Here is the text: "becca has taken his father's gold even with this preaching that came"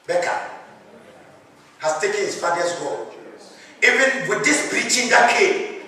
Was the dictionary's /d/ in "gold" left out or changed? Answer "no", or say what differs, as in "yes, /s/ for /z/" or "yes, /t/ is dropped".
yes, /d/ is dropped